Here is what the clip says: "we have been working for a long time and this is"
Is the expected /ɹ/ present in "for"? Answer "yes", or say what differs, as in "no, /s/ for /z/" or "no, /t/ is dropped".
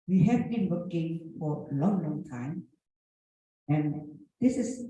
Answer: no, /l/ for /ɹ/